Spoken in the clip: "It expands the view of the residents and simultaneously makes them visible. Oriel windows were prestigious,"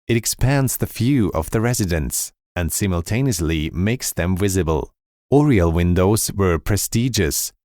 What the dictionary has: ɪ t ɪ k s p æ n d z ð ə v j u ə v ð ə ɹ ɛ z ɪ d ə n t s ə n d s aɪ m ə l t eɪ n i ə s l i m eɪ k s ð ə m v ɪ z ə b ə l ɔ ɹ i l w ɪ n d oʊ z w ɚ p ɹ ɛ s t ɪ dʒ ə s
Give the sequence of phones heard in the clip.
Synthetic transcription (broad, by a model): ɪ t ɪ k s p æ n d z ð ə f j u ə v ð ə ɹ ɛ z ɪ d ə n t s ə n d s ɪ m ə l t eɪ n i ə s l i m eɪ k s ð ə m v ɪ z ə b ə l ɔ ɹ i l w ɪ n d oʊ z w ɚ p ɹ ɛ s t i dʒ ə s